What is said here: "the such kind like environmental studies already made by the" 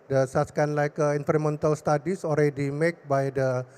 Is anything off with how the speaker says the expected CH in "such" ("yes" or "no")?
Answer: yes